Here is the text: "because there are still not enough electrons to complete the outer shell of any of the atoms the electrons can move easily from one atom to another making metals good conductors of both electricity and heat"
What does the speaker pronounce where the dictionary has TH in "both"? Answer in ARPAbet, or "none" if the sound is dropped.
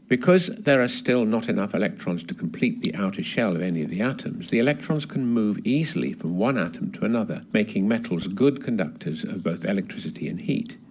TH